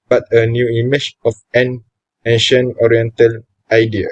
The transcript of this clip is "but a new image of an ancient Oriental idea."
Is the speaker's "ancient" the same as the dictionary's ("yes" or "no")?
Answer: no